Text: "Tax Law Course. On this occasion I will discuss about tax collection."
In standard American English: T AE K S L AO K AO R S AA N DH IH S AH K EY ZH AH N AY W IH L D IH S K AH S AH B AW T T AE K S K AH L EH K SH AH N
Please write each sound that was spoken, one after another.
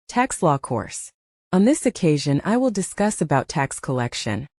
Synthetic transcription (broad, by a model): T AE K S L AO K AO R S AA N DH IH S AH K EY ZH AH N AY W IH L D IH S K AH S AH B AW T T AE K S K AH L EH K SH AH N